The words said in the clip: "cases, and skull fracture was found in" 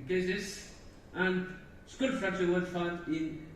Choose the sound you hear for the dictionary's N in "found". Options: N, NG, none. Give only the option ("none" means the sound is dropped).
none